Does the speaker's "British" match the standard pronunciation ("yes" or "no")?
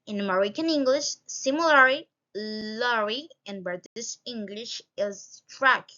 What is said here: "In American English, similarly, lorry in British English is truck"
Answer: no